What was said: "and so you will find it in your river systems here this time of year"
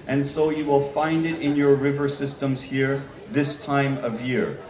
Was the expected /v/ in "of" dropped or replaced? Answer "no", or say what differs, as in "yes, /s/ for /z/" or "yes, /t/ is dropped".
no